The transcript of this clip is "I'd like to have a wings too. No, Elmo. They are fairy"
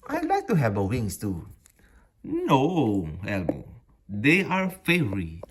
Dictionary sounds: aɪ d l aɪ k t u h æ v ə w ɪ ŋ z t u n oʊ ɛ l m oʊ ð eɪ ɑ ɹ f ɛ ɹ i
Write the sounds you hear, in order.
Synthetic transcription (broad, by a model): aɪ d l aɪ k t u h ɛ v ə w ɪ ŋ s t u n oʊ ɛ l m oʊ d eɪ ɑ ɹ f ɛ ɹ i